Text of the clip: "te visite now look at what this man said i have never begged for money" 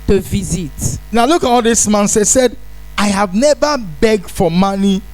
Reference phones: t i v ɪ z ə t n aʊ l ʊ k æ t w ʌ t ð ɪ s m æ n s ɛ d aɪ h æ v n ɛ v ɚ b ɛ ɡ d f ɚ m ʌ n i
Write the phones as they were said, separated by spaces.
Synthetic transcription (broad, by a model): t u v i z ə t n aʊ l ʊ k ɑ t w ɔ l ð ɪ s m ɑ n s ɛ d aɪ h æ v n ɛ v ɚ b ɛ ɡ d f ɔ m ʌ n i